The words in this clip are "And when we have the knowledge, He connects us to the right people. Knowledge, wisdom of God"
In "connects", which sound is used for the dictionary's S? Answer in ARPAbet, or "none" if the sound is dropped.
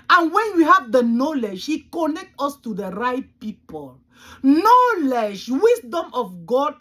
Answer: none